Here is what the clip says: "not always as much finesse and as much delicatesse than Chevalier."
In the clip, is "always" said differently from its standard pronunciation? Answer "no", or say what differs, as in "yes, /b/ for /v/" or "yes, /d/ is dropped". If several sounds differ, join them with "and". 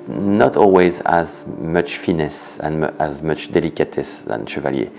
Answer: no